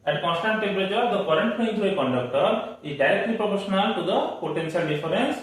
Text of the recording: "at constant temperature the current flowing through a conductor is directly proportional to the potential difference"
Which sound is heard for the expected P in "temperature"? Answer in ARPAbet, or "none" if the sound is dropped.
B